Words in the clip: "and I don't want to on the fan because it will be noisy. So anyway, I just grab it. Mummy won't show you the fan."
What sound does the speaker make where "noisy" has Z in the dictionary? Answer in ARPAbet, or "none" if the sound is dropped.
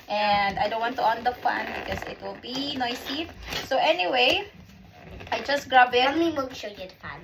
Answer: S